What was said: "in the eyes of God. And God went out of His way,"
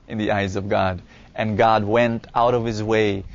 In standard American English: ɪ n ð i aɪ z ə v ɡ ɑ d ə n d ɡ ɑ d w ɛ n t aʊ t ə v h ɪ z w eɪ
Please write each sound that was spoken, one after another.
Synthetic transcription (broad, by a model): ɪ n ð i aɪ z ə v ɡ ɑ d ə n ɡ ɑ d w ɛ n t aʊ t ə v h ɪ z w eɪ